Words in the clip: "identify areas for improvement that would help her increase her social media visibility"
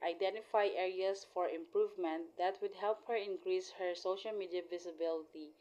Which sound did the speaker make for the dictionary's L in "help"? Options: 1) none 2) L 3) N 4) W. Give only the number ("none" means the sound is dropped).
2